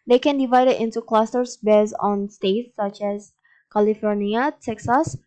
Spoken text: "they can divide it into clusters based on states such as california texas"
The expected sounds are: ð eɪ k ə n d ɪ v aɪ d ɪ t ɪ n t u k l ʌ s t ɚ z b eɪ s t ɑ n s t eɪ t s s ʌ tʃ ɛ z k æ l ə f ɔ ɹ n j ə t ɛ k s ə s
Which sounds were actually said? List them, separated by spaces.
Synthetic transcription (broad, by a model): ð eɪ k ə n d ɪ v aɪ d ɪ t ɪ n t u k l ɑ s t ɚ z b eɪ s ɑ n s t eɪ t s s ʌ tʃ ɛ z k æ l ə f ɔ ɹ n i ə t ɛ k s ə s